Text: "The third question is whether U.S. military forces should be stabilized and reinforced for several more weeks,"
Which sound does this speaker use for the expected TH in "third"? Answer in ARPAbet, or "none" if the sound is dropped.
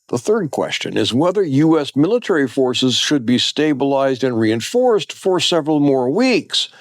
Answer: TH